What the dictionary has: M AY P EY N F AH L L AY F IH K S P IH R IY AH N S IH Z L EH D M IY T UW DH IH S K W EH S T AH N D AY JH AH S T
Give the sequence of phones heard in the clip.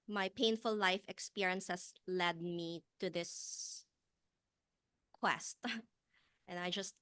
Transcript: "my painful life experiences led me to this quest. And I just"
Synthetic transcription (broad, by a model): M AY P EY N F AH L L AY F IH K S P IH R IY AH N S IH S L EH D M IY T UW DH IH S K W EH S T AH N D AY JH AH S T